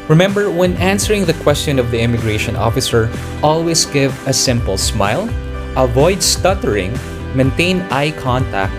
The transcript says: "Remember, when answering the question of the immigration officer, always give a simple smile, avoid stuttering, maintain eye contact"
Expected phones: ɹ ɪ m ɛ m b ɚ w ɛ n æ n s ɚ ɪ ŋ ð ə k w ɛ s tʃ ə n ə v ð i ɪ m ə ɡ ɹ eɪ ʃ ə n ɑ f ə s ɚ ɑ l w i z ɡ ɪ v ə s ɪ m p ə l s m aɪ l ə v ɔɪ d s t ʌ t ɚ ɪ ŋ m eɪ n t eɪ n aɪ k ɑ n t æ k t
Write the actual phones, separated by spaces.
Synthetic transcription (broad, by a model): ɹ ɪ m ɛ m b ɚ w ɛ n æ n s ɚ ɪ ŋ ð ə k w ɛ s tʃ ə n ə v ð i ɪ m ə ɡ ɹ eɪ ʃ ə n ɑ f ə s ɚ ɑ l w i s ɡ ɪ v ə s ɪ m p ə l s m aɪ l ə v ɔɪ d s t ʌ t ɚ ɪ ŋ m eɪ n t eɪ n aɪ k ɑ n t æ k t